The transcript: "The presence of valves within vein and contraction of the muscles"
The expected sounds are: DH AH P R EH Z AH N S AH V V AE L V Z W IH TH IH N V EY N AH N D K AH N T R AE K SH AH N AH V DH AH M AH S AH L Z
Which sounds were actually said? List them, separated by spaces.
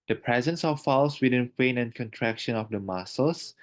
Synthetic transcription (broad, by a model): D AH P R EH Z AH N S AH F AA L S W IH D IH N F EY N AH N K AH N T R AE K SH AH N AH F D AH M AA S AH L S